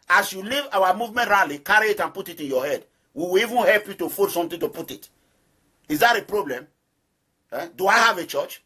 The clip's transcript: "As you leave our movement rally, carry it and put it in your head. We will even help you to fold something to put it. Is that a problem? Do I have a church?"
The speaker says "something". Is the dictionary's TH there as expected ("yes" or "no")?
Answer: no